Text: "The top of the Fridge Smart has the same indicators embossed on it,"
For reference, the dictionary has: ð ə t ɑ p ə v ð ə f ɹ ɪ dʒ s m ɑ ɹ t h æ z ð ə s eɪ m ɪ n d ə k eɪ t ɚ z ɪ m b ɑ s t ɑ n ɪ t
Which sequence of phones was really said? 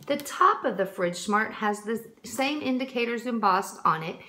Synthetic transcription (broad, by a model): ð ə t ɑ p ə v ð ə f ɹ ɪ dʒ s m ɑ ɹ t h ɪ z ð ə s eɪ m ɪ n d ə k eɪ t ɚ z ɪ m b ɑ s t n ɪ t